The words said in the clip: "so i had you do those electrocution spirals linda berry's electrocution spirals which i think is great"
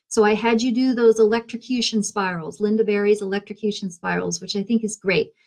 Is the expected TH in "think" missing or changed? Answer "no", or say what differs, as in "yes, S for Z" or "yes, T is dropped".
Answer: no